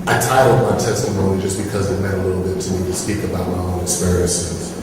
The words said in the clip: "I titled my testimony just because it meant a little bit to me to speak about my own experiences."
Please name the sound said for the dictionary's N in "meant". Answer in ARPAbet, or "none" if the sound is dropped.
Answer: none